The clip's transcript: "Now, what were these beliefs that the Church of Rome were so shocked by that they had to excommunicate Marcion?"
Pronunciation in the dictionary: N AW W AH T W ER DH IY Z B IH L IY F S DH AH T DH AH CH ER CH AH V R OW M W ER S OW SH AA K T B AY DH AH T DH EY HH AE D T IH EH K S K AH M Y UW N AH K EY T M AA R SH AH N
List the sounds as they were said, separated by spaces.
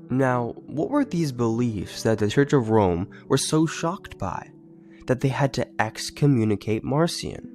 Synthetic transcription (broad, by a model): N AW W AH T W ER DH IY Z B IH L IY F S DH AH T DH AH CH ER CH AH V R OW M W ER S OW SH AA K T B AY DH AH T DH EY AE D T IH EH K S K AH M Y UW N AH K EY T M AA R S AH N